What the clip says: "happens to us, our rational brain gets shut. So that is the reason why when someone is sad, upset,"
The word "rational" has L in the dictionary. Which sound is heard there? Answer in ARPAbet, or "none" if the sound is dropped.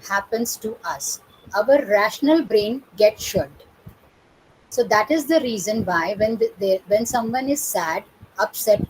L